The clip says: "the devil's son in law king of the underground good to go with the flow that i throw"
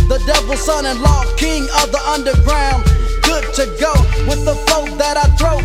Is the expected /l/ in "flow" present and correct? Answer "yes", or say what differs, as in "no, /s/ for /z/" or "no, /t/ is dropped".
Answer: no, /l/ is dropped